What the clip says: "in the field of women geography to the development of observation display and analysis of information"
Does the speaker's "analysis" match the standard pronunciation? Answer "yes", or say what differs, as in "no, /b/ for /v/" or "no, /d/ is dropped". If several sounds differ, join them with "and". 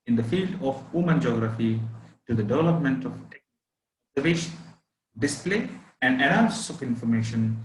no, /l/ is dropped